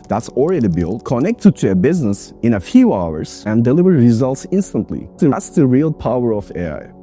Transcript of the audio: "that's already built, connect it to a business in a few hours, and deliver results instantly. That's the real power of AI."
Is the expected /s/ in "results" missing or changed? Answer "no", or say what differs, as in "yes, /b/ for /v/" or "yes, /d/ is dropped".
no